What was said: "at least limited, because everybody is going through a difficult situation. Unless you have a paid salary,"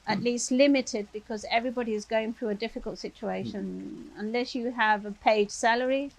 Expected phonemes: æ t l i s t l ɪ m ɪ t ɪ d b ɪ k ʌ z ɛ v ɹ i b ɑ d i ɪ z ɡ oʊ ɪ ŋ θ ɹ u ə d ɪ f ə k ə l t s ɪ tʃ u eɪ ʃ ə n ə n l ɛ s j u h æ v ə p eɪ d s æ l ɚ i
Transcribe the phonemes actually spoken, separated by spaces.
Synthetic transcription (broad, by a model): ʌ t l i s t l ɪ m ɪ t ɪ d b ɪ k ʌ z ɛ v ɹ i b ɑ d i ɪ z ɡ oʊ ɪ ŋ θ ɹ u ə d ɪ f ə k ə l t s ɪ tʃ u eɪ ʃ ə n ə n l ɛ s j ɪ v ə p eɪ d s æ l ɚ i